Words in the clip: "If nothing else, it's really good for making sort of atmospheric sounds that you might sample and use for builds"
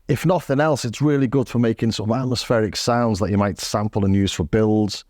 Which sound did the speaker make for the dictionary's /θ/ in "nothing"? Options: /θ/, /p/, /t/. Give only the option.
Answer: /θ/